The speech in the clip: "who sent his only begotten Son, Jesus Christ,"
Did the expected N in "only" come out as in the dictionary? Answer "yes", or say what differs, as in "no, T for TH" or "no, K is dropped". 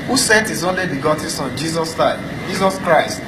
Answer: yes